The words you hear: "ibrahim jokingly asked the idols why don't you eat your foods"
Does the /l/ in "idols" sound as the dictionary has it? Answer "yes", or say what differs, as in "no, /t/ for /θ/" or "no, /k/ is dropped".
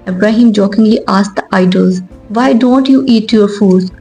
yes